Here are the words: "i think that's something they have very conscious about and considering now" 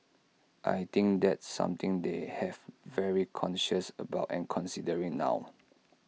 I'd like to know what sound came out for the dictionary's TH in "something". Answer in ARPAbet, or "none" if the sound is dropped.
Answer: T